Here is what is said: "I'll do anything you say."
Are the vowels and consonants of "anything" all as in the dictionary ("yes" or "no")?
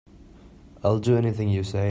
yes